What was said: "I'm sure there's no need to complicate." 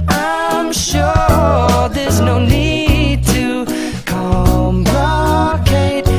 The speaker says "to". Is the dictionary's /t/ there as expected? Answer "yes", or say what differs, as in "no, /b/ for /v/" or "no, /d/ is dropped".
yes